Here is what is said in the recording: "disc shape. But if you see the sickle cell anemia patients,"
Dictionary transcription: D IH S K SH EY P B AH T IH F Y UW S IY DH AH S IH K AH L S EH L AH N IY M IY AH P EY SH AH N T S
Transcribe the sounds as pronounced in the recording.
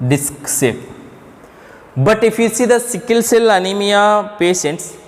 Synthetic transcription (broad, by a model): D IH S K S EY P B AH T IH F Y UW S IY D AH S IH K AH L S EH L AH N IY M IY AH P EY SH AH N T S